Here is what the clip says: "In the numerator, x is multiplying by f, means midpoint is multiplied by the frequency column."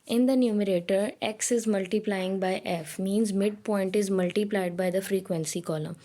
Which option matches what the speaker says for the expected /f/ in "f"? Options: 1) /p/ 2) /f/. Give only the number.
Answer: 2